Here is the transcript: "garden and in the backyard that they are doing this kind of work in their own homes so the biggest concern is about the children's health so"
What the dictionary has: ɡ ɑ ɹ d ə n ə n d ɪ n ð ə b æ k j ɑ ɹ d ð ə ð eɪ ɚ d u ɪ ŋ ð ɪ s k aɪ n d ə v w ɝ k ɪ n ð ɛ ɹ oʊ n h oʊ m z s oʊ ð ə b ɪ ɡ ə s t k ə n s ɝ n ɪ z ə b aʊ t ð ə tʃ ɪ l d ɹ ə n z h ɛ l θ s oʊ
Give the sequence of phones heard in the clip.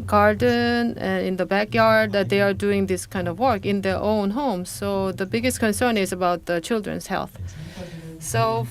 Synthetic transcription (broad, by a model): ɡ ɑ ɹ d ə n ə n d ɪ n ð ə b æ k j ɑ ɹ d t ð eɪ ɚ d u ɪ ŋ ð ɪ s k aɪ n d ə v w ɝ k ɪ n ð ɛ ɹ oʊ n h oʊ m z s oʊ ð ə b ɪ ɡ ə s t k ə n s ɝ n ɪ z ə b aʊ t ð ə tʃ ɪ l d ɹ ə n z h ɛ l θ s oʊ